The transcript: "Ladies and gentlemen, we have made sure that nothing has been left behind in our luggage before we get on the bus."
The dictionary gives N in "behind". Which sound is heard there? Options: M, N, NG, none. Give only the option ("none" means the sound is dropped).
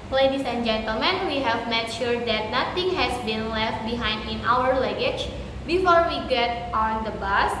N